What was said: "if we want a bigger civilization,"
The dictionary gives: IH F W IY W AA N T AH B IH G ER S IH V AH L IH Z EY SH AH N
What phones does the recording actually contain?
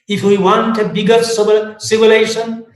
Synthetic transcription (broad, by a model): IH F W IY W AA N T AH B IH G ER S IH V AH L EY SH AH N